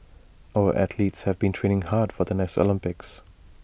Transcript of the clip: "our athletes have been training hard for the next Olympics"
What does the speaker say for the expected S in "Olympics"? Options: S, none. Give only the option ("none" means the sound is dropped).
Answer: S